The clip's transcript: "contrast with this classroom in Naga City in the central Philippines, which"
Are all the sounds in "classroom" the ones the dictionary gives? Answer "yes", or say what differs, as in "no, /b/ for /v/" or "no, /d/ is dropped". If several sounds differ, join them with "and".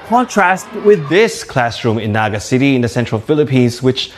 yes